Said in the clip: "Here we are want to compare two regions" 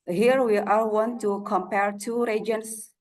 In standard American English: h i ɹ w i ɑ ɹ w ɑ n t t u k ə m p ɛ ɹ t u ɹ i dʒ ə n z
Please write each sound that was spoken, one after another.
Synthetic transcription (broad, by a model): h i ɹ w i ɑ l w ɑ n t t u k ə m p ɛ ɹ t u ɹ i dʒ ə n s